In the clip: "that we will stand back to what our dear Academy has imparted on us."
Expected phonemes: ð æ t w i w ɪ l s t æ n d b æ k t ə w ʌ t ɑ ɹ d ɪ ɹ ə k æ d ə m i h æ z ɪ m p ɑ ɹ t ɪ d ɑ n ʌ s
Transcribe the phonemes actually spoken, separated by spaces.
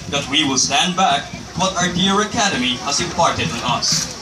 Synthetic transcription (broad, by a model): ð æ t w i w ɪ l s t æ n d b æ k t w ʌ t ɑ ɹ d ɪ ɹ ə k æ d ə m i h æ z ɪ p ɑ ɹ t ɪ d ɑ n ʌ s